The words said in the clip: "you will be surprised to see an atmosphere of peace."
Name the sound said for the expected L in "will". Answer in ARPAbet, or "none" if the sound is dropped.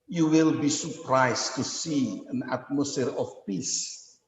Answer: L